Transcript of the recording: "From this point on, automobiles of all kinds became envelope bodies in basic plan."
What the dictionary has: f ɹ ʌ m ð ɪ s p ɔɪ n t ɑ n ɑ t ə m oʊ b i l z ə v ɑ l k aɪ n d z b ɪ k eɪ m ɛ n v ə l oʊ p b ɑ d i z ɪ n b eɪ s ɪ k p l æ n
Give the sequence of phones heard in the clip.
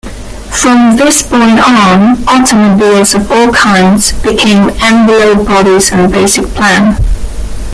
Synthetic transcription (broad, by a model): f ɹ ʌ m ð ɪ s b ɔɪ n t ɑ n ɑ t ə m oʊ b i l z ə v ɑ l k aɪ n d z b ɪ k eɪ m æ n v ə l oʊ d b ɑ d i z ɪ n b eɪ s ɪ k p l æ n